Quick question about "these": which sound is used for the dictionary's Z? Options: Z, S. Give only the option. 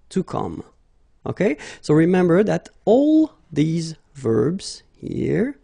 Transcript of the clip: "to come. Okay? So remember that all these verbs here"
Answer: Z